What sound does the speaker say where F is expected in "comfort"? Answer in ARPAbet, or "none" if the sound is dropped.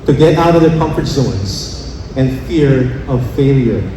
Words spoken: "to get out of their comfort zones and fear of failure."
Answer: F